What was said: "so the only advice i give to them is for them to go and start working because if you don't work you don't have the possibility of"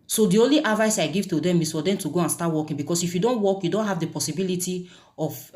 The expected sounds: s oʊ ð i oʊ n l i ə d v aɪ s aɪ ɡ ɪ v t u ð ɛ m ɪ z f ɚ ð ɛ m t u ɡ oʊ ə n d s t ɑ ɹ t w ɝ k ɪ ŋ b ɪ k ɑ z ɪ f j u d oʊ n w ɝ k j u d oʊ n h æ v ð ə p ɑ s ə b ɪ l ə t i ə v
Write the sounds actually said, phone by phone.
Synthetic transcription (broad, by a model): s oʊ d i oʊ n l i ə d v aɪ s aɪ ɡ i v t u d ɛ m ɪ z f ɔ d ɛ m t u ɡ oʊ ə n s t ɑ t w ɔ k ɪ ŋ b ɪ k ɑ s ɪ f j u d oʊ n w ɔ k j u d oʊ n h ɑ v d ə p ɑ s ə b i l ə t i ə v